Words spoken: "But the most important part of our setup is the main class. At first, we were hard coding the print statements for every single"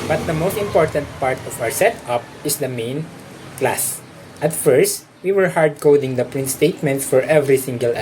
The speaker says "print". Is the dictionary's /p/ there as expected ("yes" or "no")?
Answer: yes